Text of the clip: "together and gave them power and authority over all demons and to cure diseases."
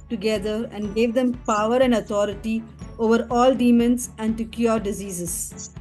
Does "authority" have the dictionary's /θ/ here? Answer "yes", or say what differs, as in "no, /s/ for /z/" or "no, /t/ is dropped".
no, /t/ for /θ/